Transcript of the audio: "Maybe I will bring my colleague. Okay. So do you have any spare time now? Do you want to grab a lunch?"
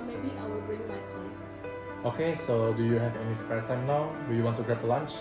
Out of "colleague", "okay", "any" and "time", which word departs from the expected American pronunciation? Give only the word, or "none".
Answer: colleague